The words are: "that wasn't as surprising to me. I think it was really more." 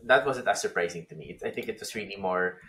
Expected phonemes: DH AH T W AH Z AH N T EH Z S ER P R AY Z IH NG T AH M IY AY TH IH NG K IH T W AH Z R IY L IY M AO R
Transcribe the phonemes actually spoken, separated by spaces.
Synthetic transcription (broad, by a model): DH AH T W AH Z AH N T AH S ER P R AY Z IH NG T AH M IY AY TH IH NG K IH T W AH S R IY L IY M AO R